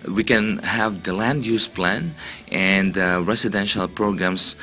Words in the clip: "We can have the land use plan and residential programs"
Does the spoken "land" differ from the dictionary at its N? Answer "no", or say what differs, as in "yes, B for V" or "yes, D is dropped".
no